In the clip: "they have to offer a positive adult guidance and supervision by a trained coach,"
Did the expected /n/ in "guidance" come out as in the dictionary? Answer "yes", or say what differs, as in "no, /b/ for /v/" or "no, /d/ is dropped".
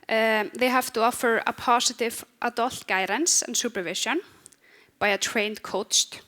yes